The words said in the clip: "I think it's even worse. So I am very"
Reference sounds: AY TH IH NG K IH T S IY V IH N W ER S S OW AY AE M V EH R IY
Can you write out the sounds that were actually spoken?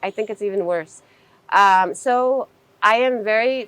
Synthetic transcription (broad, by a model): AY TH IH NG K IH T S IY V IH N W ER S S OW AY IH M V EH R IY